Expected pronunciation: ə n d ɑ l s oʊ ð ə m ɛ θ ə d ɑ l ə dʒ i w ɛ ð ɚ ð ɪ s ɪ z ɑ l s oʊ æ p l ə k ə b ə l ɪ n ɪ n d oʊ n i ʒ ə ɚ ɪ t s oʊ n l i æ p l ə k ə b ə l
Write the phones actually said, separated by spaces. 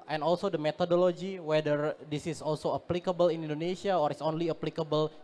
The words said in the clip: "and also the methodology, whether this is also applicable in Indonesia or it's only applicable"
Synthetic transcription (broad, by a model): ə n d ɑ l s oʊ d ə m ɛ t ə d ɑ l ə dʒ i w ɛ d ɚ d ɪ s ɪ s ɑ l s oʊ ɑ p l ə k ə b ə l ɪ n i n d oʊ n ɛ s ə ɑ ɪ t s oʊ n l i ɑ p l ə k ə b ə l